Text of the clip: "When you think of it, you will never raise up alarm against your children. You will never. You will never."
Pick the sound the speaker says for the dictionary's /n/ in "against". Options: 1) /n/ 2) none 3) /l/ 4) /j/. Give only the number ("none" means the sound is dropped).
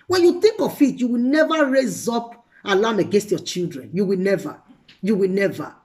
1